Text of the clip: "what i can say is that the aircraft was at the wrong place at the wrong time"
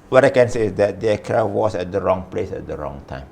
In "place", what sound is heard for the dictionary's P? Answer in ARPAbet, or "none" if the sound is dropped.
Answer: P